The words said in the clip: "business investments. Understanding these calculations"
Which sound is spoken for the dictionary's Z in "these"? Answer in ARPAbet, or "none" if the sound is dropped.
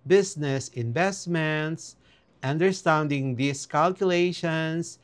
S